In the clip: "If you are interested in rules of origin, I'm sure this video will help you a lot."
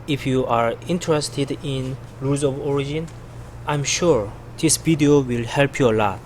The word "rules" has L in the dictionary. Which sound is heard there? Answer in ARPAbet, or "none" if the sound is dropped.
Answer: none